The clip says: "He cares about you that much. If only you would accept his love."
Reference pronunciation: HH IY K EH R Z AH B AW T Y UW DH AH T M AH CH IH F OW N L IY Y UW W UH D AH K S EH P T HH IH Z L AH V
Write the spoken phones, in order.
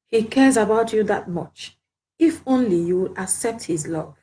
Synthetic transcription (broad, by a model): HH IY K EH R Z AH B AW T Y UW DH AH T M AH CH IH F OW N L IY Y UW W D AH K S EH P T HH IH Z L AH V